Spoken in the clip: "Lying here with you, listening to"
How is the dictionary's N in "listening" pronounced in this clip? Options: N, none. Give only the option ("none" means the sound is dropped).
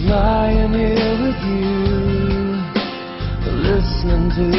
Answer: none